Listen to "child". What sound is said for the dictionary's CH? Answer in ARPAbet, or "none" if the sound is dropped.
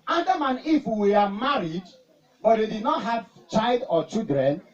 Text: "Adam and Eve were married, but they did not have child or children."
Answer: CH